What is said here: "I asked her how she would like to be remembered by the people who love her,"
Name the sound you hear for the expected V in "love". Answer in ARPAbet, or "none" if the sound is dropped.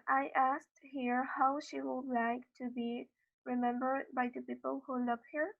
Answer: P